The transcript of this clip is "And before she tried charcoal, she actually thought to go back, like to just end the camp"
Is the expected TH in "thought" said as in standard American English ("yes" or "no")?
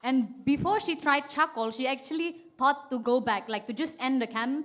no